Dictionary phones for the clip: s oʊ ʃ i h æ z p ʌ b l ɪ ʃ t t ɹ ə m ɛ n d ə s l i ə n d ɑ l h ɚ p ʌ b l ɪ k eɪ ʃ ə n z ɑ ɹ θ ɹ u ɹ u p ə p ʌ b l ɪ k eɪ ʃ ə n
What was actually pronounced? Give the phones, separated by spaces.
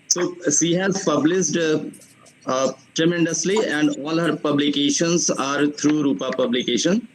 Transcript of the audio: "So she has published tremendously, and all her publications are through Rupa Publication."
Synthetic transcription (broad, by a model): s oʊ ʃ i h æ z p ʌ b l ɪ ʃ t t ɹ ə m ɛ n d ə s l i ə n d ɑ l h ɚ p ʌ b l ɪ k eɪ ʃ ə n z ɑ ɹ t ɹ u ɹ u p ə p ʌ b l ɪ k eɪ ʃ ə n